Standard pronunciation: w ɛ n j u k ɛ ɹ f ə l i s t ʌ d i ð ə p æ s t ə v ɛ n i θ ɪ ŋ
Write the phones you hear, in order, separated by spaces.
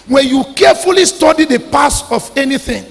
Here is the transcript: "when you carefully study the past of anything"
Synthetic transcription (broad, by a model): w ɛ n j u k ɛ f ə l i s t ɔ d i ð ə p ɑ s ə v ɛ n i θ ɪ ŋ